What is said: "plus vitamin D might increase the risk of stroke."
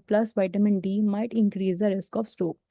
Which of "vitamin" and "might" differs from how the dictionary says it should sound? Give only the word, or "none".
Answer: none